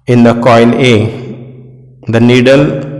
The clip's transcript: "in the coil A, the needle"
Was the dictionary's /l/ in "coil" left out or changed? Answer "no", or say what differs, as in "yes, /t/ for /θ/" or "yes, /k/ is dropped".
yes, /n/ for /l/